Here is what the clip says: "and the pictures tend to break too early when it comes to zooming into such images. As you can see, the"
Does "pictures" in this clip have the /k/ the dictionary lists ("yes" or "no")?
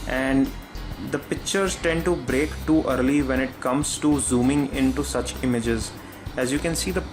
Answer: yes